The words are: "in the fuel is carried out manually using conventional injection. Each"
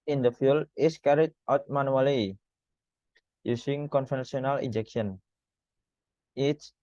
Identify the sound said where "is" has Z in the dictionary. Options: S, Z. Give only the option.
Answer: S